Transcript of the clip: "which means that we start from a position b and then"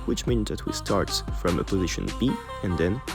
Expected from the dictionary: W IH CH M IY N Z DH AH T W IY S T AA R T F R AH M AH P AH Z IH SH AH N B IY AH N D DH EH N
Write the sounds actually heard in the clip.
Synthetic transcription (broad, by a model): W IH CH M IY N Z DH AH T W IY S T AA R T F R AH M AH P AH Z IH SH AH N B IY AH N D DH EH N